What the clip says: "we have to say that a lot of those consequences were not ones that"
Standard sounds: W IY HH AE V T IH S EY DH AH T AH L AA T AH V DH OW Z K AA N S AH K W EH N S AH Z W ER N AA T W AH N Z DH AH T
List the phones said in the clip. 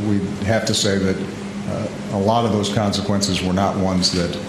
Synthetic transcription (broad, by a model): W IY HH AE F T IH S EY DH AH T AH L AA T AH V DH OW Z K AA N S AH K W EH N S AH Z W ER N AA T W AH N Z DH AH T